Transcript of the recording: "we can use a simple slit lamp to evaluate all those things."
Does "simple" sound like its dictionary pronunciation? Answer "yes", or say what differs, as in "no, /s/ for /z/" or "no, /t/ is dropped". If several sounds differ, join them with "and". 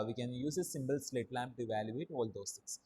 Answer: no, /b/ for /p/